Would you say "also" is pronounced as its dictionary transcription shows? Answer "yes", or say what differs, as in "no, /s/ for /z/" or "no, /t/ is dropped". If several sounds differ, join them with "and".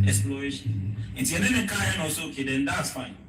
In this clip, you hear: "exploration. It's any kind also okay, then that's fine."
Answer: no, /l/ is dropped